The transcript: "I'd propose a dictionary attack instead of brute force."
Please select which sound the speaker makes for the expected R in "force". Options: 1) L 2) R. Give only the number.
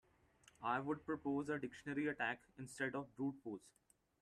1